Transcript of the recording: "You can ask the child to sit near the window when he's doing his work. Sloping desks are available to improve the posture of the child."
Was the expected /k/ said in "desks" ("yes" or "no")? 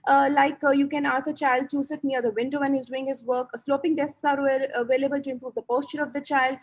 no